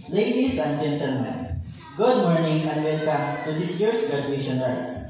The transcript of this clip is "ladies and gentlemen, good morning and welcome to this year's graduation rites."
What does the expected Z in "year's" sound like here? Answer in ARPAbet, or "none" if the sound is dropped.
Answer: S